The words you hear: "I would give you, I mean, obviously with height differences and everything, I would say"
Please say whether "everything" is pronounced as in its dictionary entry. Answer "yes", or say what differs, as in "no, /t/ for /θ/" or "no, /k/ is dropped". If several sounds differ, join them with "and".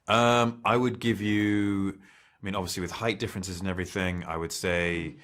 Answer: yes